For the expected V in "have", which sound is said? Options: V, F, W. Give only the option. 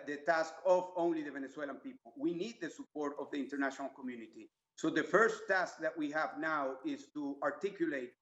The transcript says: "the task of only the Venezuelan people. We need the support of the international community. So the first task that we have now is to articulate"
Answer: V